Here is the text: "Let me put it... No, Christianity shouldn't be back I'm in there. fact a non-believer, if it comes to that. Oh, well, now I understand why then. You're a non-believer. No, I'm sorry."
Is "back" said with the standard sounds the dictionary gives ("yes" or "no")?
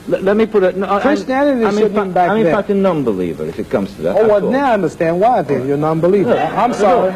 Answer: no